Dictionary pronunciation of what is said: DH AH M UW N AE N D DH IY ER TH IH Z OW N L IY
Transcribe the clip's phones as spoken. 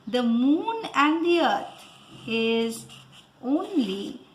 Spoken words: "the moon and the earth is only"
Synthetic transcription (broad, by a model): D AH M UW N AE N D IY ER T IH Z OW N L IY